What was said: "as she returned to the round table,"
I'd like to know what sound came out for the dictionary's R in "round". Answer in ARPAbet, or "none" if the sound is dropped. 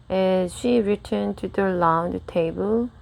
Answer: L